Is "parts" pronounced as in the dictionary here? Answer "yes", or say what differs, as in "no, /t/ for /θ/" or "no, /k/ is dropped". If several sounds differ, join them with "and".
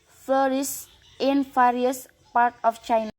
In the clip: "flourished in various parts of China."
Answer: no, /s/ is dropped